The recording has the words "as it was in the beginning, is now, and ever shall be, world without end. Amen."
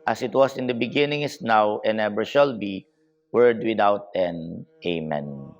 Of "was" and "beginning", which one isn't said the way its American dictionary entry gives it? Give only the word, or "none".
was